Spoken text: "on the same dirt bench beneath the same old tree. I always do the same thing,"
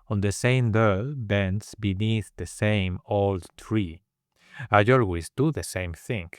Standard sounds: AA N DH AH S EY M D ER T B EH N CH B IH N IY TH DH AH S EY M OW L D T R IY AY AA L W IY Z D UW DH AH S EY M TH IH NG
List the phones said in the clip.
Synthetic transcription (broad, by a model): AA N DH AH S EY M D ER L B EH N S B IH N IY TH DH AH S EY M OW L D T R IY AY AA L W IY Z D UW DH AH S EY M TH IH NG